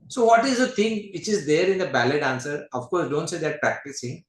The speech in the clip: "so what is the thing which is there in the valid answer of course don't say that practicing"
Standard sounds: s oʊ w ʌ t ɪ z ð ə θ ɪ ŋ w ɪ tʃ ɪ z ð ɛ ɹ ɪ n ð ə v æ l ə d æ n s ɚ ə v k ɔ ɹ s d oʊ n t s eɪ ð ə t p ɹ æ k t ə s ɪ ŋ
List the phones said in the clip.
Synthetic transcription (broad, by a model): s oʊ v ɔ t ɪ z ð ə t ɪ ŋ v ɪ tʃ ɪ z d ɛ ɹ ɪ n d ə b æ l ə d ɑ n s ɚ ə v k ɔ ɹ s d oʊ n t s eɪ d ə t p ɹ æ k t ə s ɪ ŋ